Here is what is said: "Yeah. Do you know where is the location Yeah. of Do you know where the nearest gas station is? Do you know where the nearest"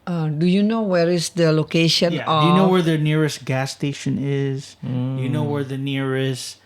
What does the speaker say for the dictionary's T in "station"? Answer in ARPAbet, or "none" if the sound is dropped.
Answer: T